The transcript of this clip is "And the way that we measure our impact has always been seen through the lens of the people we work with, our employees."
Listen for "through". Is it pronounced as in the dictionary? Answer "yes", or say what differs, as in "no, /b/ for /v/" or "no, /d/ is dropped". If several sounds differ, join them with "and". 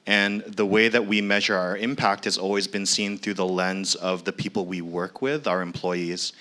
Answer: yes